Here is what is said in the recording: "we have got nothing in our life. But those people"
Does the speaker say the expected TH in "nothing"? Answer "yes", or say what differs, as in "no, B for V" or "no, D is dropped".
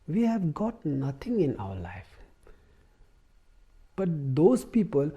no, T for TH